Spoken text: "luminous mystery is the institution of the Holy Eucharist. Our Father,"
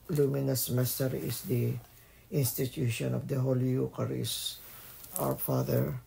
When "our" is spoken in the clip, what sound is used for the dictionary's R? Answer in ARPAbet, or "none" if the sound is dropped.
W